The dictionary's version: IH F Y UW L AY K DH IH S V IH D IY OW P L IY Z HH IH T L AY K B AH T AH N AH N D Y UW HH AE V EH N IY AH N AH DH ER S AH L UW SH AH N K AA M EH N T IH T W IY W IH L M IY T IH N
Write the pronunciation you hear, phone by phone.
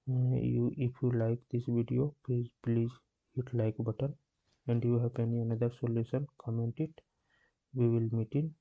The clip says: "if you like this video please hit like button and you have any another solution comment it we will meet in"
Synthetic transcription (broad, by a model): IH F Y UW L AY K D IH S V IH D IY OW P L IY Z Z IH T L AY K B AH T AH N AH N D Y UW HH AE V EH N IY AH N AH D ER S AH L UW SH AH N K AA M EH N T IH T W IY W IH L M IY T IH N